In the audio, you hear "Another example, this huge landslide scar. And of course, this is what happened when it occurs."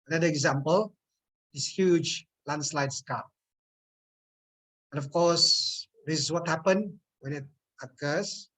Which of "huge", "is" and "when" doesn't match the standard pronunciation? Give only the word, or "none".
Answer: is